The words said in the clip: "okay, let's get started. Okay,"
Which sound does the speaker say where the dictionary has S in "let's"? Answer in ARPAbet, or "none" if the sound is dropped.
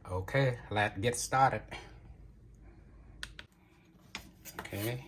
none